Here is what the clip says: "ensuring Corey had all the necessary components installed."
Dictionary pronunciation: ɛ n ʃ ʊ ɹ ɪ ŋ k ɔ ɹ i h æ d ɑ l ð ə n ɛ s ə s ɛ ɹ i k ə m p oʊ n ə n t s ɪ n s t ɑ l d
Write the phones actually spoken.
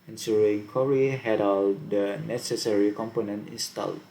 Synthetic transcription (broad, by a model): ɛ n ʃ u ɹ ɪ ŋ k ɔ ɹ i h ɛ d ɑ l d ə n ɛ s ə s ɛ ɹ i k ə m p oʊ n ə n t ɪ n s t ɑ l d